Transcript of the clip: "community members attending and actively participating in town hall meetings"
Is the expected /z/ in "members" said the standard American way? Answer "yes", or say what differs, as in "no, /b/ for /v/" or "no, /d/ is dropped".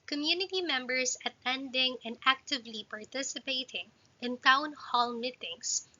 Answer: no, /s/ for /z/